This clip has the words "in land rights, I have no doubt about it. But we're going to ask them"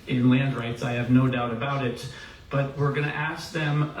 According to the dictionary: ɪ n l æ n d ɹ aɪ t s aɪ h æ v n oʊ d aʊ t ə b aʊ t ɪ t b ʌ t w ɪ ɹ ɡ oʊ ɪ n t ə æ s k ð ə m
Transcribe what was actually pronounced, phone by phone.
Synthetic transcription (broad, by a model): ɪ n l æ n d ɹ aɪ t s aɪ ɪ v n oʊ d aʊ t ə b aʊ t ɪ t b ʌ t w ɪ ɹ ɡ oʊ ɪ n t æ s k ð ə m